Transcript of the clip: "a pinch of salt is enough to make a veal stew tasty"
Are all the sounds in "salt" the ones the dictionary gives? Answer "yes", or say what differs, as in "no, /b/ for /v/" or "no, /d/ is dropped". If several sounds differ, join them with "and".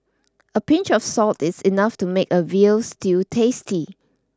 yes